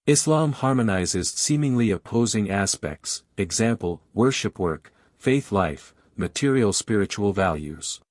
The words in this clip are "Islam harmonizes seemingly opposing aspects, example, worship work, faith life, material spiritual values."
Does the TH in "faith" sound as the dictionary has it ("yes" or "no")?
yes